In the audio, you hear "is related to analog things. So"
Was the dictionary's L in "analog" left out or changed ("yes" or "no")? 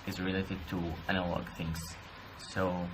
no